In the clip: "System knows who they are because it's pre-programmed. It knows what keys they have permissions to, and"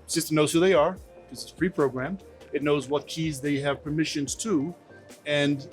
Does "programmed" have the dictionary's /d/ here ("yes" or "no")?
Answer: no